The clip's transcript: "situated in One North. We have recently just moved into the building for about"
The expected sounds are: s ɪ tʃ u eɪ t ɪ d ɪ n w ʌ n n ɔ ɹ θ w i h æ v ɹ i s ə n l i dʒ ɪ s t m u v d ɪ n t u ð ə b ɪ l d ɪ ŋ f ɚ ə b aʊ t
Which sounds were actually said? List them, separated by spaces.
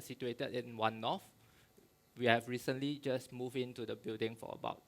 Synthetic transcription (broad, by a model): s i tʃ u eɪ t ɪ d ɪ n w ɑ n n ɔ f w i h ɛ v ɹ i s ə n l i dʒ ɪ s m u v ɪ n t u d ə b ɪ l d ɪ ŋ f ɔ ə b aʊ t